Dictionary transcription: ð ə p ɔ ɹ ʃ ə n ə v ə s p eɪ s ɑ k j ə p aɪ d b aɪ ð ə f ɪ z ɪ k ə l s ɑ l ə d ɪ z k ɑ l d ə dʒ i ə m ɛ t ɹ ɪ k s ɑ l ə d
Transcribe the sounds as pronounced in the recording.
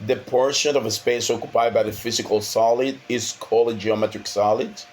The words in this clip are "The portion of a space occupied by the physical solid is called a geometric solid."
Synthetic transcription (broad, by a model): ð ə p ɔ ɹ ʃ ə n ə v ə s p eɪ s ɑ k j ə p aɪ d b aɪ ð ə f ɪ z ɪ k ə l s ɑ l ə d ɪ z k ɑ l ə dʒ i ə m ɛ t ɹ ɪ k s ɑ l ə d